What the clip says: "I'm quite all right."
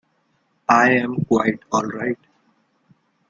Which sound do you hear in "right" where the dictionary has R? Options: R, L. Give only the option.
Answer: R